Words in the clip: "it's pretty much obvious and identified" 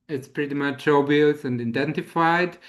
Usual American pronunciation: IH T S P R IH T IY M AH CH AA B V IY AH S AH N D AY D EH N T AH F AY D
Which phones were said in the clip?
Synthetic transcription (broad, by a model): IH T S P R IH T IY M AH CH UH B IY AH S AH N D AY D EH N T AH F AY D